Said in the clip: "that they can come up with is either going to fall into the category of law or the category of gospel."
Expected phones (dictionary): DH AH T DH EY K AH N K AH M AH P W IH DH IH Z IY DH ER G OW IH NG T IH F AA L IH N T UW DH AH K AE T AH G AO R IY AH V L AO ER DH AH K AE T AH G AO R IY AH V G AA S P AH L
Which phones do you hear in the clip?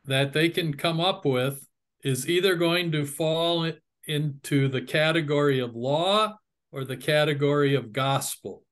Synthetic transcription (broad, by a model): DH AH T DH EY K AH N K AH M AH P W IH DH IH Z IY DH ER G OW IH NG T IH F AA L IH N T UW DH AH K AE T AH G AO R IY AH V L AO ER DH AH K AE T AH G AO R IY AH V G AA S P L